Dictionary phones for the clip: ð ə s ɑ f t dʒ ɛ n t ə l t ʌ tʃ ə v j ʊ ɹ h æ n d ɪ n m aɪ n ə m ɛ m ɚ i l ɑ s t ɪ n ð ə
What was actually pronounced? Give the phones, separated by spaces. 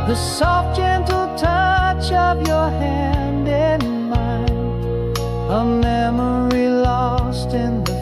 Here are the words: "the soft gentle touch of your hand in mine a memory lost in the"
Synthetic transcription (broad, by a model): ð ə s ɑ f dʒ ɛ n t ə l t ʌ tʃ ə p j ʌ ɹ h æ n d ɪ n m aɪ n ə m ɛ m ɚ i l ɑ s t ɪ n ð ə